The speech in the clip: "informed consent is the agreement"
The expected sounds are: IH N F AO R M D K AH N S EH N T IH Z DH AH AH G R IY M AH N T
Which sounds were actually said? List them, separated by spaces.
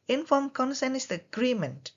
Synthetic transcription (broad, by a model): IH N F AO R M K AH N S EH N IH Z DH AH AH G R IY M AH N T